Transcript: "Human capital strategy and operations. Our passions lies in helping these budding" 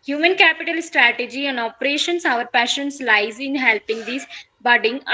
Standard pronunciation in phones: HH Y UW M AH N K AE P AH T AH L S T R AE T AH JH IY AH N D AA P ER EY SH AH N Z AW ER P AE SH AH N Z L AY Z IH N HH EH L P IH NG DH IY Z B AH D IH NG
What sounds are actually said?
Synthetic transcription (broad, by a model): HH Y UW M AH N K AE P AH T AH L S T R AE T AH JH IY AH N D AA P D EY SH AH N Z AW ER P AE SH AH N S L AY Z IH N HH EH L P IH NG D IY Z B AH D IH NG